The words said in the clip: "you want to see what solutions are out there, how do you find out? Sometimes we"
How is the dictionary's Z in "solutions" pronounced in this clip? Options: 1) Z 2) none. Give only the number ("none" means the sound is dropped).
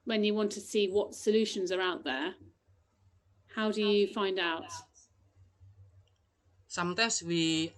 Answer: 1